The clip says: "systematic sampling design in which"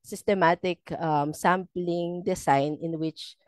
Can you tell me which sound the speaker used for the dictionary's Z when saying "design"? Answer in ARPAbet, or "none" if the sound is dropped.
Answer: S